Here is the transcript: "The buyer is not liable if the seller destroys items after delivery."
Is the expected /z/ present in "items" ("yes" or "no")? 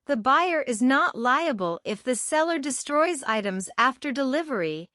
yes